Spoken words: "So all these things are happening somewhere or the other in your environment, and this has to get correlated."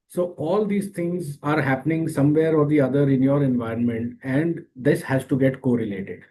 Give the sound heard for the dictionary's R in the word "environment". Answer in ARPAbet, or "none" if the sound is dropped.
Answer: R